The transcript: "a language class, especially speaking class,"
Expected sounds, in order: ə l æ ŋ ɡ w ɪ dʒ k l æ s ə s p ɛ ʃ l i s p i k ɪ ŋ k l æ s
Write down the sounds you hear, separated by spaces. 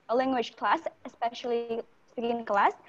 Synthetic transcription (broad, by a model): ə l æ ŋ ɡ w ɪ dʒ k l æ s ə s p ɛ ʃ l i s ɛ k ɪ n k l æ s